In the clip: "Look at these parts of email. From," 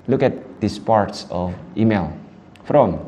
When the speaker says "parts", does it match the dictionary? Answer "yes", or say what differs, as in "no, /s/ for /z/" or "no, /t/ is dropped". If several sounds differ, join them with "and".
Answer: yes